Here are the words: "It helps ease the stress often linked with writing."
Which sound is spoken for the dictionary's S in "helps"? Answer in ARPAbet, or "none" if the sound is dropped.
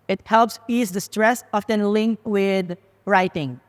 S